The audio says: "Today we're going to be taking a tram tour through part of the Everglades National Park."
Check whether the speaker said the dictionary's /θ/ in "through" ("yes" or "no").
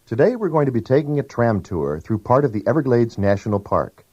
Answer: yes